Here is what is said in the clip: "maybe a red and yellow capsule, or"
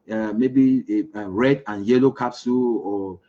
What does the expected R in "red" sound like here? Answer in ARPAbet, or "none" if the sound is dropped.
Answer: R